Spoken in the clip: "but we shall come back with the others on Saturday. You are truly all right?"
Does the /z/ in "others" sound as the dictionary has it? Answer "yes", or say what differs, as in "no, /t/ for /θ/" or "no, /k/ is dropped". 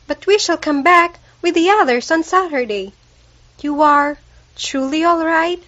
no, /s/ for /z/